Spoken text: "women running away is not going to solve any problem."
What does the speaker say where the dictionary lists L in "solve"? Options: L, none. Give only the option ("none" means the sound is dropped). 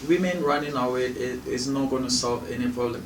L